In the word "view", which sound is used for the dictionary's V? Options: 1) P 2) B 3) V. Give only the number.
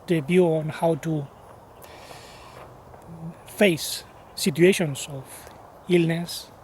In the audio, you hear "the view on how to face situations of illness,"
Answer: 2